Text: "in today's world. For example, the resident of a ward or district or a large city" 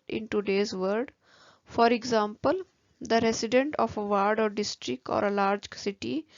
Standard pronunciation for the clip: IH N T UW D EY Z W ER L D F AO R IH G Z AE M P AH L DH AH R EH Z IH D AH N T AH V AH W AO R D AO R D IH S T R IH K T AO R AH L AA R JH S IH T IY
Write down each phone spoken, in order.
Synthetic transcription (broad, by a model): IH N T UW D EY Z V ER D F AO R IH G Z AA M P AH L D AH R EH S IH D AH N T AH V AH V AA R D AO R D IH S T R IH K T AO R AH L AA R JH S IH T IY